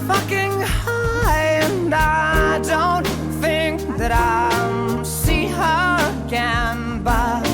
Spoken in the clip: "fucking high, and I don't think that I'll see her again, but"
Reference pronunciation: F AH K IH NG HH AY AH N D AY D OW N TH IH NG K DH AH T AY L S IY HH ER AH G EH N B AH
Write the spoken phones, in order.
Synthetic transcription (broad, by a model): F AH K IH NG HH AY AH N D AY D OW N TH IH NG K DH AH T AY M S IY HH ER AH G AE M B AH